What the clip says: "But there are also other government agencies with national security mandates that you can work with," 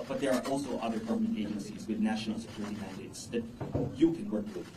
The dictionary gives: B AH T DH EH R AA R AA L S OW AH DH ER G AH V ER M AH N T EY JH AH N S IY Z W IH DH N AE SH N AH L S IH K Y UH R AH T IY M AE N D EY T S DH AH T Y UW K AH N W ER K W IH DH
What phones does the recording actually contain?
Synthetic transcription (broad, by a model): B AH T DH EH R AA R AA L S OW AH DH ER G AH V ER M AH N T EY JH AH N S IY Z W IH DH N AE SH N L S IH K Y UH R AH T IY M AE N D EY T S DH AH T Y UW K AH N W ER K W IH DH